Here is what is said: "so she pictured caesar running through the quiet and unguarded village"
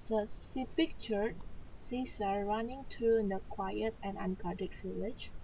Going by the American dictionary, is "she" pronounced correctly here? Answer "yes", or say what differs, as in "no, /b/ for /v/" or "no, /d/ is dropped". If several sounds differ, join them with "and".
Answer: no, /s/ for /ʃ/